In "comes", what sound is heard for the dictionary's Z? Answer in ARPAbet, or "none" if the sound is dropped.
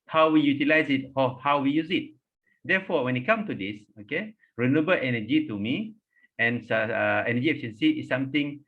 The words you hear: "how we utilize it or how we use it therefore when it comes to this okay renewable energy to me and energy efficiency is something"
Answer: none